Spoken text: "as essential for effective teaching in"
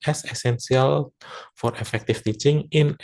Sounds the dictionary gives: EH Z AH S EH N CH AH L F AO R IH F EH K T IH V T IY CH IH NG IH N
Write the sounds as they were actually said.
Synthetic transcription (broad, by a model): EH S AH S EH N S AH L F AO R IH F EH K T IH F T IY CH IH NG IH N